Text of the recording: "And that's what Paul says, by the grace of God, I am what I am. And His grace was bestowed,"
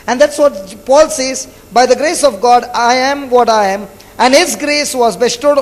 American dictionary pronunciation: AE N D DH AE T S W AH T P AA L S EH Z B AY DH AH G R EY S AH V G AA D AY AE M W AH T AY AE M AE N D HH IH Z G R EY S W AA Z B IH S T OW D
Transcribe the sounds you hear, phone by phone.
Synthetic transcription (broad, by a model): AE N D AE T S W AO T P AA L S EH Z B AY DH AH G R EY S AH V G AA D AY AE M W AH T AY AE M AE N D HH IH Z G R EY S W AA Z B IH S T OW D